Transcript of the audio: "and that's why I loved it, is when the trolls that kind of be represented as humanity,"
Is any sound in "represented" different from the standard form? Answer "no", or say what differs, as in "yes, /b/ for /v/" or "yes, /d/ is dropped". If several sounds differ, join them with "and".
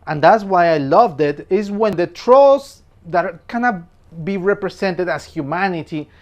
yes, /s/ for /z/